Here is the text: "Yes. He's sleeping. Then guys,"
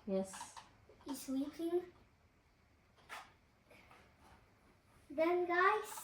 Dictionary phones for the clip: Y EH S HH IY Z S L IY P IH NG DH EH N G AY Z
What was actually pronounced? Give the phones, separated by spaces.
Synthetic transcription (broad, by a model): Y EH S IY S W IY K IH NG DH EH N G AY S